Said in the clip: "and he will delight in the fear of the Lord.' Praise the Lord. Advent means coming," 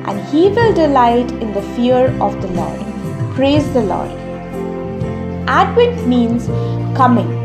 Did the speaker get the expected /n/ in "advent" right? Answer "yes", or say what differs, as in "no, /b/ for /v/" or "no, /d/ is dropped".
no, /n/ is dropped